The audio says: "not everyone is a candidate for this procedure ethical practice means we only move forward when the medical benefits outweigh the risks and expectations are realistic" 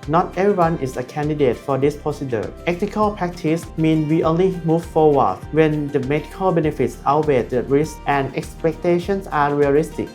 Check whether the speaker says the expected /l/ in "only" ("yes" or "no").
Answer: yes